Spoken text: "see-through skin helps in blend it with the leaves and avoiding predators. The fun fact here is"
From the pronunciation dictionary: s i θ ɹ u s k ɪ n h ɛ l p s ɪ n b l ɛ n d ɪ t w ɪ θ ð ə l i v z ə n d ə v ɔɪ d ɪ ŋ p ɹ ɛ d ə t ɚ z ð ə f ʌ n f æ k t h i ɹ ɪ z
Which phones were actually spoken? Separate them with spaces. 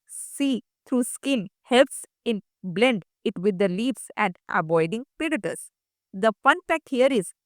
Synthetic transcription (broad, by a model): s i t ɹ u s k ɪ n h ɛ l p s ɪ n b l ɛ n d ɪ t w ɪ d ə l i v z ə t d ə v ɔɪ d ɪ ŋ p ɛ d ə t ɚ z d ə f ʌ n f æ k t h i ɹ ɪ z